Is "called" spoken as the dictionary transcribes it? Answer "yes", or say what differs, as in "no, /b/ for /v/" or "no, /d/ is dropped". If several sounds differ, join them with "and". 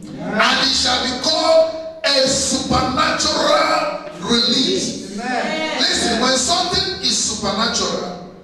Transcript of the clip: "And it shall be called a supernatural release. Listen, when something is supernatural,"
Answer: no, /d/ is dropped